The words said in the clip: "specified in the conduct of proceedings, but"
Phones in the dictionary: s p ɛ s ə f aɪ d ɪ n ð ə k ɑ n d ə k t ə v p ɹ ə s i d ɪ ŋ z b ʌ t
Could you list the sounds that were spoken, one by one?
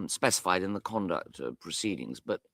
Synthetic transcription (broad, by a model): s p ɛ s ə f aɪ d ɪ n ð ə k ɑ n d ə k t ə p ɹ ə s i d ɪ ŋ z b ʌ t